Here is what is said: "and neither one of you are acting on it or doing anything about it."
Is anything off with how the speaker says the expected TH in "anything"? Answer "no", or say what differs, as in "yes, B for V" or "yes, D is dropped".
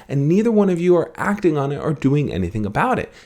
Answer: no